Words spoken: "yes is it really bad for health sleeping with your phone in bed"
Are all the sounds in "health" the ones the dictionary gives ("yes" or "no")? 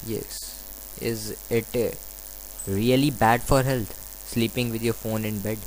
no